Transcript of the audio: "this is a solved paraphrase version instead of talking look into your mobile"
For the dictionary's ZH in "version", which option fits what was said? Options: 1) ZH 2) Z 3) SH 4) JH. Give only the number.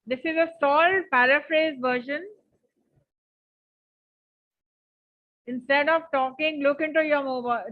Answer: 3